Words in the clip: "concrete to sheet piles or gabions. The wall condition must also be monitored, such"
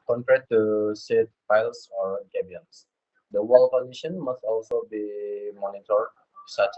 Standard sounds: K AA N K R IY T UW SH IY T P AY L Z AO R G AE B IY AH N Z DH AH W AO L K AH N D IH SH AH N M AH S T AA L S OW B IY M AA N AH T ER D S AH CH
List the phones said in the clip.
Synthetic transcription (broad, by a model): K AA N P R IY T UW S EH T F AY L S AO R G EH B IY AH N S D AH W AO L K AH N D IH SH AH N M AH S T AA L S OW B IY M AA N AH T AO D S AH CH